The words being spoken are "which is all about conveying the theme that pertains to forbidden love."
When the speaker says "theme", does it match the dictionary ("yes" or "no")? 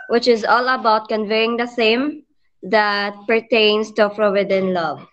no